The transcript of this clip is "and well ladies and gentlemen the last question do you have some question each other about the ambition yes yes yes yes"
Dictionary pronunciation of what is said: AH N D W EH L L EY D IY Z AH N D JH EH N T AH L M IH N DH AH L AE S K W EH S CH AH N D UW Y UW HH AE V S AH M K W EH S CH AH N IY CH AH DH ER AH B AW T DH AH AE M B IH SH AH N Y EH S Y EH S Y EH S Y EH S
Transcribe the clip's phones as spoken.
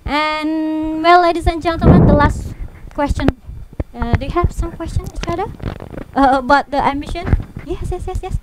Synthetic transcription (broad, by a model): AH N W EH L L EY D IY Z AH N JH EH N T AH M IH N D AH L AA S K W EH S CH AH N D UW Y UW HH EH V S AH M K W EH S CH AH N IY CH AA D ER AH B AW T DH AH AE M IH SH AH N Y EH S Y EH S Y EH S Y EH S